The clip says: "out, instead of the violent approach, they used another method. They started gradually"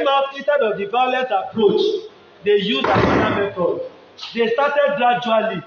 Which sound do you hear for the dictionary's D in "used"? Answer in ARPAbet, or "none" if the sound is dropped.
none